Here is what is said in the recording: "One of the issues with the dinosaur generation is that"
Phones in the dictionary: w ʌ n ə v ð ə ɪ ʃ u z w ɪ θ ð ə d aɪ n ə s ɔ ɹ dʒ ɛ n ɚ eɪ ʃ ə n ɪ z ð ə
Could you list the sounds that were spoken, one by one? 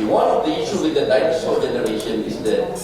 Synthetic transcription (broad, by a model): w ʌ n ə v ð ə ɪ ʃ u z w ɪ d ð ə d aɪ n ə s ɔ l dʒ ɛ n ɚ eɪ ʃ ə n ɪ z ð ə